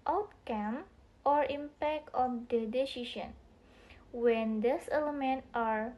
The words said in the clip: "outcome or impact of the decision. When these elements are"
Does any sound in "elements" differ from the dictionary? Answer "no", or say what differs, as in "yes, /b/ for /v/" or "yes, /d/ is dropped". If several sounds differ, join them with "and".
yes, /s/ is dropped